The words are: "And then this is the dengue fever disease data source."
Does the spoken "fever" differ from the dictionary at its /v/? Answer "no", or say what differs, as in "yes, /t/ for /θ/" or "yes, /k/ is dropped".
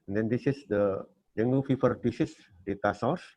yes, /f/ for /v/